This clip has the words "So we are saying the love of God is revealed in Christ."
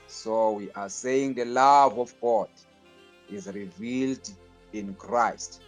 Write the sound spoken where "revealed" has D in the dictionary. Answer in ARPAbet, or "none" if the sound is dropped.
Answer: D